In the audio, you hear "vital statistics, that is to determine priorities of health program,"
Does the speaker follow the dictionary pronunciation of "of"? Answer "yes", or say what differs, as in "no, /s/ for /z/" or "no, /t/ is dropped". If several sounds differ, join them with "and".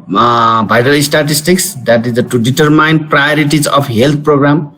no, /p/ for /v/